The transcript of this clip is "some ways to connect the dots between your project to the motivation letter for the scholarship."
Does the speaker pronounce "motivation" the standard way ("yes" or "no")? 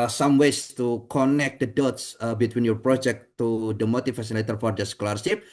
no